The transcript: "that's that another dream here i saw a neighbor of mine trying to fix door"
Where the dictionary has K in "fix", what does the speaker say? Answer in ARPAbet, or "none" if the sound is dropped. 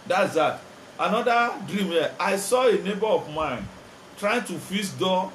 none